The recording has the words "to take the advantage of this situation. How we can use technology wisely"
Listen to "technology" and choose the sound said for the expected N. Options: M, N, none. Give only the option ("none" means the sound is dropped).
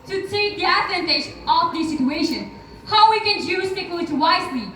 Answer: none